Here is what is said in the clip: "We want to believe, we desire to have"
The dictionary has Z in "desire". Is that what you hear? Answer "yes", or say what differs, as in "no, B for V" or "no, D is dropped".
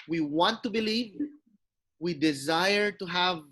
yes